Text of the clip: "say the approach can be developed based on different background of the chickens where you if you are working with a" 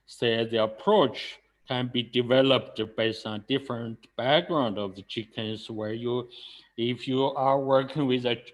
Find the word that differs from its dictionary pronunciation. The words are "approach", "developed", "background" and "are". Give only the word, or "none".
none